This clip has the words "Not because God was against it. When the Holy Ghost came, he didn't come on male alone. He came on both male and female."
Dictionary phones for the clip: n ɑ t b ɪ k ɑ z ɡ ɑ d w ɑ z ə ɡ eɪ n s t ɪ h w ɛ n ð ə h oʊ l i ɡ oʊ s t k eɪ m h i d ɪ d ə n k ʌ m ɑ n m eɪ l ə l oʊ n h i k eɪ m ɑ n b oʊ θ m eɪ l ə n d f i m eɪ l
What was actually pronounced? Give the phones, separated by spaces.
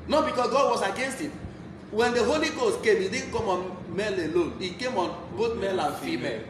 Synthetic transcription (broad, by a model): n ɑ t b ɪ k ɑ s ɡ ɑ d w ɑ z ə ɡ eɪ n s t ɪ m w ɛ n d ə h oʊ l i ɡ oʊ s t k eɪ m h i d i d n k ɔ m ɑ n m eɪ l ə l oʊ n i k eɪ m ɑ n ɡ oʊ t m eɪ l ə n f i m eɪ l